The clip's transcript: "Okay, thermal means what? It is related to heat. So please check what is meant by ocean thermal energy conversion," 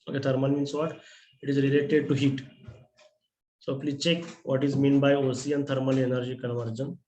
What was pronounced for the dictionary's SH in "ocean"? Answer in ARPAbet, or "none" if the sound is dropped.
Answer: S